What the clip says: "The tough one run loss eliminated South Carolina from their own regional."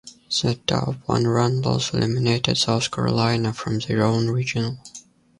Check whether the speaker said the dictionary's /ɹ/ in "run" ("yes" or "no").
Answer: yes